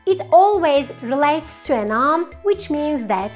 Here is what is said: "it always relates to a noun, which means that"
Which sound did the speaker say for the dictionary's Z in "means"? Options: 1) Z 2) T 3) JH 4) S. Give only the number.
1